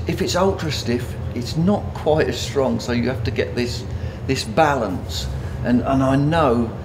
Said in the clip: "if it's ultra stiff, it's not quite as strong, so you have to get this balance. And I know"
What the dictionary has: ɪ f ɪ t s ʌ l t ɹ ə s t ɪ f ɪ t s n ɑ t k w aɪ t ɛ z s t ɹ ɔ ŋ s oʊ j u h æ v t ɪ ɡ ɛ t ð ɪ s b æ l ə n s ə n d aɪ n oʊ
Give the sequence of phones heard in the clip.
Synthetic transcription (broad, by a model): ɪ f ɪ t s ʌ l t ɹ ə s t ɪ f ɪ t s n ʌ t k w aɪ t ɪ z s t ɹ ɔ ŋ s oʊ j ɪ h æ f t ɪ ɡ ɛ t ð ɪ s b æ l ə n s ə n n aɪ n oʊ